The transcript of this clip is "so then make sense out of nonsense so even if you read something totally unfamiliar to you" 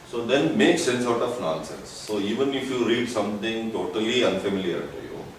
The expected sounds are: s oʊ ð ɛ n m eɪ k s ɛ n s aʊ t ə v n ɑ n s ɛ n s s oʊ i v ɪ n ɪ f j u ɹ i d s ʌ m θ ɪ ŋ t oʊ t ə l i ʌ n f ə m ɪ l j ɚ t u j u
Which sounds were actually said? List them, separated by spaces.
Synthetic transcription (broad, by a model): s oʊ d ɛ n m eɪ k s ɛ n s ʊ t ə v n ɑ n s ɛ n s s oʊ i v ɪ n ɪ f j u ɹ i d s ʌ m t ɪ ŋ t oʊ t ə l i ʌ n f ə m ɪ l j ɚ t u j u